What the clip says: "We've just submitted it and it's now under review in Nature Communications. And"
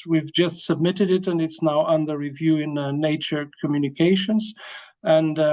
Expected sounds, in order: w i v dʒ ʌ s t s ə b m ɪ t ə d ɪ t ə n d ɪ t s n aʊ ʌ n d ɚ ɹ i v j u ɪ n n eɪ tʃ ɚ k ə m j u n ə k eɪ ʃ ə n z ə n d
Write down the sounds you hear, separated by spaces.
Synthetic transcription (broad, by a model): w i v dʒ ʌ s t s ə b m ɪ t ə d ɪ t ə n ɪ t s n aʊ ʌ n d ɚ ɹ i v j u ɪ n n eɪ tʃ ɚ k ə m j u n ə k eɪ ʃ ə n z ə n